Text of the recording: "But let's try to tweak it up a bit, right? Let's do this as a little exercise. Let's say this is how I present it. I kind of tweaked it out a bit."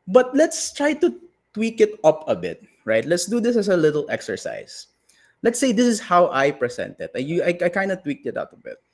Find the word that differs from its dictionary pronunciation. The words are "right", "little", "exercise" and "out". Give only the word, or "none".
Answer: exercise